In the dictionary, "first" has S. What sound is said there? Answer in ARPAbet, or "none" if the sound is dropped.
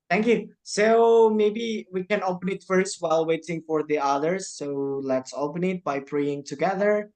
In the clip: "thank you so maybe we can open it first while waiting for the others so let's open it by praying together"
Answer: S